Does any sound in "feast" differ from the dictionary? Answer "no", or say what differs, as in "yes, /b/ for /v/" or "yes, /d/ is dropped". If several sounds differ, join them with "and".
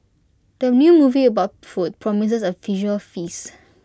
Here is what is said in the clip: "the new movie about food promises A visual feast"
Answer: yes, /t/ is dropped